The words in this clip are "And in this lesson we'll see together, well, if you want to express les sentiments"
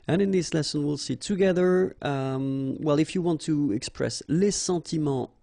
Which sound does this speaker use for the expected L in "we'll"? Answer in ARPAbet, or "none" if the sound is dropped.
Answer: L